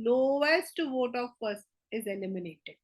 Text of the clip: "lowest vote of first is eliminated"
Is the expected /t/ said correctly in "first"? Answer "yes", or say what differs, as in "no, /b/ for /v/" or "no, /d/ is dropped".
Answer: no, /t/ is dropped